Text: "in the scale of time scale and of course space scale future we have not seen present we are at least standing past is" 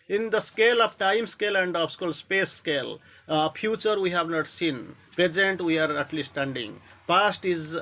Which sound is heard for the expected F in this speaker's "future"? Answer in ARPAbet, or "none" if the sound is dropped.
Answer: P